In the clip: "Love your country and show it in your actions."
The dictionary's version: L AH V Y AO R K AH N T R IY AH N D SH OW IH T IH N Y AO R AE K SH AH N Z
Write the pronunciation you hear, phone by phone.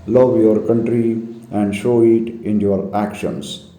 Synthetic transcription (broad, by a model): L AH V Y AO R K AH N T R IY AH N D SH OW IH T IH N Y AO R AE K SH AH N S